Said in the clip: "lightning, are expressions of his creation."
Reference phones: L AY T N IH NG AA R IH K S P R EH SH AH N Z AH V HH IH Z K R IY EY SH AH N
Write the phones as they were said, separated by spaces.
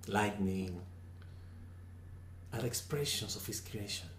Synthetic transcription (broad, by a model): L AY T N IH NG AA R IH K S P R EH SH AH N S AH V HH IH S K R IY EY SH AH N